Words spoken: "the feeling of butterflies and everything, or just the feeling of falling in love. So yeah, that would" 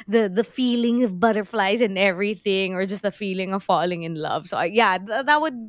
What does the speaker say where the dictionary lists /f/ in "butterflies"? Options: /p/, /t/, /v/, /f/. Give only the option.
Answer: /f/